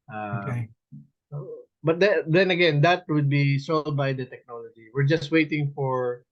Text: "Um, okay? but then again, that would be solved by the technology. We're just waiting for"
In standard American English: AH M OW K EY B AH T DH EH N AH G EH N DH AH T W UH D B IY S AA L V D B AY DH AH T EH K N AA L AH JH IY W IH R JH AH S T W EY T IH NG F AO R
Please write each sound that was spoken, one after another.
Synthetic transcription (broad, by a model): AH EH AO B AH T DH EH N AH G EH N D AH T W UH D B IY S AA L D B AY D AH T EH K N AA L AH JH IY W IH R JH AH S T W EY T IH NG F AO R